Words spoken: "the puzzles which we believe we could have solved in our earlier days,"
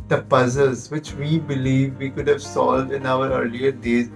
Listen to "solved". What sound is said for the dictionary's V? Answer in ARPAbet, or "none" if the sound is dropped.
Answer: V